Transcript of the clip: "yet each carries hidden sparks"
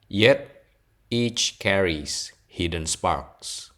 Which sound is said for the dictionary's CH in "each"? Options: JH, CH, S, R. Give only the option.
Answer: CH